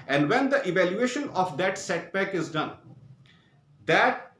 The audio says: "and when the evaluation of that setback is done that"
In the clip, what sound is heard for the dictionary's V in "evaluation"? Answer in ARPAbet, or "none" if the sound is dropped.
V